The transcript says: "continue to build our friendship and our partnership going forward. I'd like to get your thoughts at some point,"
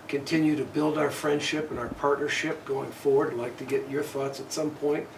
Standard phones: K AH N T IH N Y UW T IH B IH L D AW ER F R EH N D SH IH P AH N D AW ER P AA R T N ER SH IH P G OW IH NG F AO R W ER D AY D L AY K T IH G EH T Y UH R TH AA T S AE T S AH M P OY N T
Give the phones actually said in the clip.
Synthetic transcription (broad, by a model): K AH N T IH N Y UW T IH B IH L D AW ER F R EH N D SH IH P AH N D AW ER P AA R T N ER SH IH P G OW IH NG F AO R W ER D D L AY K T IH G EH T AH R TH AA T S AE T S AH M P OY N T